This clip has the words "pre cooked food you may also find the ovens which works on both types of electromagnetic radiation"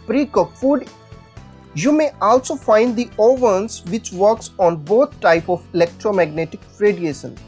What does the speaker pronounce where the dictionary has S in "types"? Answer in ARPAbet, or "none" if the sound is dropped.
none